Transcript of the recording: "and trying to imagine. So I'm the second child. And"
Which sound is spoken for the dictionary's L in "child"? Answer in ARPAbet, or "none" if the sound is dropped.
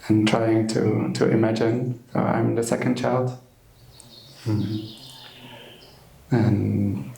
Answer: L